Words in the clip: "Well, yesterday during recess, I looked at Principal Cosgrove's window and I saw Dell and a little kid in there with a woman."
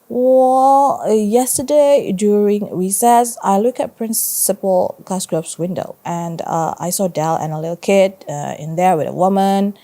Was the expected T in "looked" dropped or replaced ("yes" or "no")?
yes